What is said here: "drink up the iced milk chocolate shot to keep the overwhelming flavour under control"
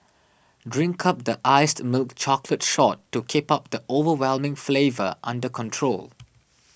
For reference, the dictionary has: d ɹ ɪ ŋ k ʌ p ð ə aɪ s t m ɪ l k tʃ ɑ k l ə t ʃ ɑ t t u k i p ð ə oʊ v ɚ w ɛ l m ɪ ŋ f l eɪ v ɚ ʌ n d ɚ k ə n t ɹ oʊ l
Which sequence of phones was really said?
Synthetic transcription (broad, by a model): d ɹ ɪ ŋ k ʌ p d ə aɪ s t m ɪ l k tʃ ɑ k l ə t ʃ ɑ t t u k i p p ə oʊ v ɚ w ɛ l m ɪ ŋ f l eɪ v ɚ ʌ n d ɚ k ə n t ɹ oʊ l